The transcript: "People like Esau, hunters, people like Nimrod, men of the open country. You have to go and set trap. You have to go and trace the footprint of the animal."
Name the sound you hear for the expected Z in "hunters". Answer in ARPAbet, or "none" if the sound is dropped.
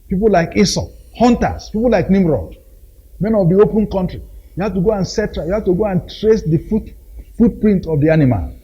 S